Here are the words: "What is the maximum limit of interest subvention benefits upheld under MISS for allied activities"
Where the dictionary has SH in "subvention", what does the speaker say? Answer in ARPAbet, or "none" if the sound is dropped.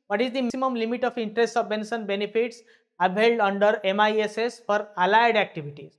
S